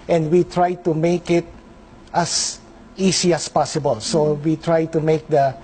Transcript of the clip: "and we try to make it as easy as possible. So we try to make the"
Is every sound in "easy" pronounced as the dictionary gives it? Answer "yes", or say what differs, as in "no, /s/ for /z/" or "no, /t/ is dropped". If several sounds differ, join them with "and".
no, /s/ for /z/